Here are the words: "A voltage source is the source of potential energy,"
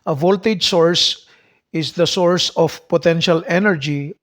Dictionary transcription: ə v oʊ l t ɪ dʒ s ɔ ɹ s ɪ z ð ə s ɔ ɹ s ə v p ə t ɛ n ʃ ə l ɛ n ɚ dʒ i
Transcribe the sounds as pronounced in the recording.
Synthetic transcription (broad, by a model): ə v oʊ l t ɪ dʒ s ɔ ɹ s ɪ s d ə s ɔ ɹ s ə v p ə t ɛ n ʃ ə l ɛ n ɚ dʒ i